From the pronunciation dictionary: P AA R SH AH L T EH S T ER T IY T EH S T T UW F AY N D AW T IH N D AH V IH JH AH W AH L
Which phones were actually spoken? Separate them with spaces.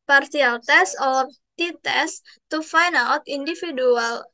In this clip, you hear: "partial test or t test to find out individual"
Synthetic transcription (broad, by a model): P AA R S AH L T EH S AO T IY T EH S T T UW F AY N AW T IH N D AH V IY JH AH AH L